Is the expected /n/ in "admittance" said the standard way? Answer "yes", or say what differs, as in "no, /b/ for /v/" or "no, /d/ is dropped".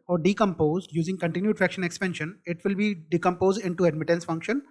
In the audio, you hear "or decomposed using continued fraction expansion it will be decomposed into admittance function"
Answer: yes